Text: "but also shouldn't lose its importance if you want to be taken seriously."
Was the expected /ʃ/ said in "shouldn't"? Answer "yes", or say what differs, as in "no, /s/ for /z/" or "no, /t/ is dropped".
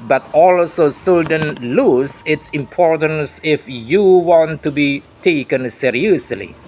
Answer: no, /s/ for /ʃ/